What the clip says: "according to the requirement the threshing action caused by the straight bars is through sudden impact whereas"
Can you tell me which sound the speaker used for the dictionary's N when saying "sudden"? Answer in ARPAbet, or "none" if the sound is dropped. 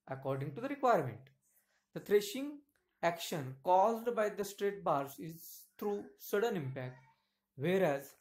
N